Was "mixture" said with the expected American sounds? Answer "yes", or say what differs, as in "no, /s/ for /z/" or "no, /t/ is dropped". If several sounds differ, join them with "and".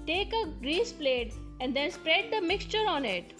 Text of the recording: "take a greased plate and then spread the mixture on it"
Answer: yes